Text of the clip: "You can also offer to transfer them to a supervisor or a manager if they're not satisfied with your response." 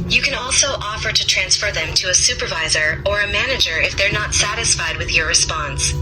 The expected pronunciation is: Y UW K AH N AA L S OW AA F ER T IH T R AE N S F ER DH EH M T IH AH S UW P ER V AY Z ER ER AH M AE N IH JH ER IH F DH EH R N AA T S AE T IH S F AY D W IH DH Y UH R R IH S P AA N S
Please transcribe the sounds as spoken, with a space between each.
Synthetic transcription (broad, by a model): Y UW K AH N AA L S OW AA F ER T IH T R AE N S F ER DH EH M T IH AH S UW P ER V AY Z ER ER AH M AE N IH JH ER IH F DH EH R N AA T S AE T IH S F AY D W IH DH Y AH R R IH S P AA N S